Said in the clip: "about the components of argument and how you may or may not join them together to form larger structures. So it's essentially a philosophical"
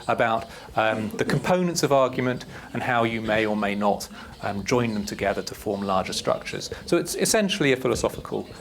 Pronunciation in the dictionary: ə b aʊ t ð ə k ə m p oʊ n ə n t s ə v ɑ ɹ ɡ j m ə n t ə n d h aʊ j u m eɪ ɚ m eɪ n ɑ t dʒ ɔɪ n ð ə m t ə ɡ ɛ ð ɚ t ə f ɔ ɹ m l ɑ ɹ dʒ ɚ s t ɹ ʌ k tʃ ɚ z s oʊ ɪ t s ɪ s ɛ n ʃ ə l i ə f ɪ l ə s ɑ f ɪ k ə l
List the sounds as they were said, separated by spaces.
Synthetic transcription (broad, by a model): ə b aʊ t ð ə k ə m p oʊ n ə n t s ə v ɑ ɹ ɡ j m ə n t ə n h aʊ j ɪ m eɪ ɚ m eɪ n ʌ t dʒ ɔɪ n ð ə m t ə ɡ ɛ ð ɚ t ə f ɔ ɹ m l ɑ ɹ dʒ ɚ s t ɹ ʌ k tʃ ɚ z s oʊ ɪ t s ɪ s ɛ n ʃ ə l i ə f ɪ l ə s ɑ f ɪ k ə l